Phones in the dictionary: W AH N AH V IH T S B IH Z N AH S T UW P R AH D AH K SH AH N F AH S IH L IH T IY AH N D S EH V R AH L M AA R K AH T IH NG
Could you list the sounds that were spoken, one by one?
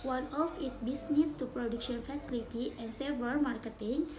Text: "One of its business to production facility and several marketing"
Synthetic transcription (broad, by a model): W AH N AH F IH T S B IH S N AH S T UW P R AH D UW K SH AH N F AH S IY L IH T IY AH N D S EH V AH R M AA R K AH T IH NG